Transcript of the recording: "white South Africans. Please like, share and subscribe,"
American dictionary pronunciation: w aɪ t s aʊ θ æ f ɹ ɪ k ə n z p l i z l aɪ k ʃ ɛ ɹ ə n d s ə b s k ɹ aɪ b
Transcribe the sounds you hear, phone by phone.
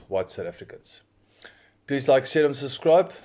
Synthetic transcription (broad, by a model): w aɪ t s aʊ t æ f ɹ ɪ k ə n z p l i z l aɪ k s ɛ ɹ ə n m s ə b s k ɹ aɪ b